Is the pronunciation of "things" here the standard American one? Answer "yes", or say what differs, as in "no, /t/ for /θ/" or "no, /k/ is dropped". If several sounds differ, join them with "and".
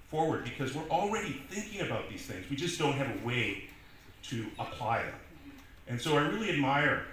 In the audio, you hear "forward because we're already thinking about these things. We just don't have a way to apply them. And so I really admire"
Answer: yes